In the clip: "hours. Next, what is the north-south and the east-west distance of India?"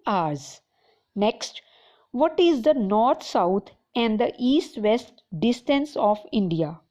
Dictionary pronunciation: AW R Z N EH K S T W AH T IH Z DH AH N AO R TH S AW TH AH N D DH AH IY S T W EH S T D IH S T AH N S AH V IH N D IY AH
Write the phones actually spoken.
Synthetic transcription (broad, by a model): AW R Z N EH K S T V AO T IH Z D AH N AO R T S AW T AH N D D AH IY S T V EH S T D IH S T AH N S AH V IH N D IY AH